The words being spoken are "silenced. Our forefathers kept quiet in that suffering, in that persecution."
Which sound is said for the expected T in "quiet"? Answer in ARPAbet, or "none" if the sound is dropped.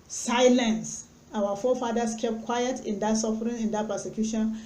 T